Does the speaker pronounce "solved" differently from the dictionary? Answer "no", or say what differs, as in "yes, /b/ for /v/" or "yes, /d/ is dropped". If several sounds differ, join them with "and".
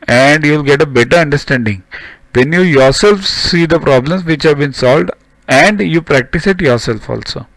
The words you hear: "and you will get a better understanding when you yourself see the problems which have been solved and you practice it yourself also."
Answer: no